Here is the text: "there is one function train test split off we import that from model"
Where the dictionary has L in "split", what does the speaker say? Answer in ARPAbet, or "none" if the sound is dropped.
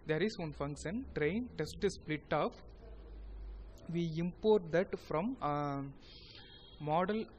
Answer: L